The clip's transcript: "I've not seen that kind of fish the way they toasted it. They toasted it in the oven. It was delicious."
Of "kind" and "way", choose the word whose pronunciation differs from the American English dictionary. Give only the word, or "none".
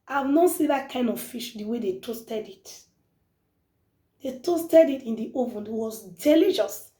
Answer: none